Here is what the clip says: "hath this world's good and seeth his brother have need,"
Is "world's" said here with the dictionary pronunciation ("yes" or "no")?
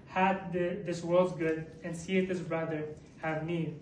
yes